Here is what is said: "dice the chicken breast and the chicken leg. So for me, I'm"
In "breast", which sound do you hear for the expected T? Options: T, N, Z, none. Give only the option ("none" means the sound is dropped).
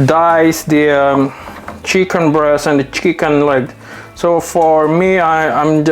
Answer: none